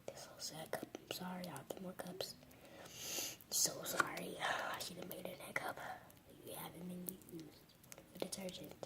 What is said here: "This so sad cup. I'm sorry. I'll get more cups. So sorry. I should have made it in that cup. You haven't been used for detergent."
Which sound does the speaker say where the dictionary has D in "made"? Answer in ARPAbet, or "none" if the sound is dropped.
none